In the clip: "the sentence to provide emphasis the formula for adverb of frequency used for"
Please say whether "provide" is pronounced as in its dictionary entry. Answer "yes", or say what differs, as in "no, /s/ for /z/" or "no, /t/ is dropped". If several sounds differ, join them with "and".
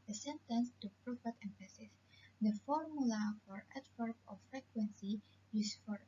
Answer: no, /f/ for /v/